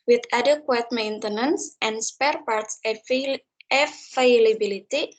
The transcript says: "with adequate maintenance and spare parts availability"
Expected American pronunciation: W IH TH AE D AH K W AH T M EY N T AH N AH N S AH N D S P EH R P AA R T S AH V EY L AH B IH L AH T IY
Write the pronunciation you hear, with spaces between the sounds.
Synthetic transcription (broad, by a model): W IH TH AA D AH K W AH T M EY N T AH N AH N S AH N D S P EH R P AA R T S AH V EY L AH B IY L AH T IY